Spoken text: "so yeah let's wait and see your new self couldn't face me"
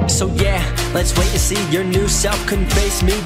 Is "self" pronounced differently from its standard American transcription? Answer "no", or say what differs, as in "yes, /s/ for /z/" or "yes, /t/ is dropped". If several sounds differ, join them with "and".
no